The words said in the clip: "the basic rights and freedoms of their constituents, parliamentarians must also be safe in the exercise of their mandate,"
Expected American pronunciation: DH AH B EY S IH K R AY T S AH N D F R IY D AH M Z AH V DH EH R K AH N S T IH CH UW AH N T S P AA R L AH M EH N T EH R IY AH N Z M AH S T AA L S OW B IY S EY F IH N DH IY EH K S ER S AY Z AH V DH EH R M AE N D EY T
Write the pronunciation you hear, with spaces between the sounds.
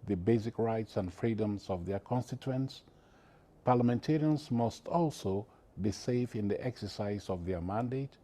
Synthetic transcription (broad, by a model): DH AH B EY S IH K R AY T S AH N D F R IY D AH M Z AH V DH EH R K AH N S T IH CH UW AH N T S P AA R L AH M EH N T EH R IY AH N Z M AH S T AA L S OW B IY S EY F IH N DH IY EH K S ER S AY Z AH V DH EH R M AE N D EY T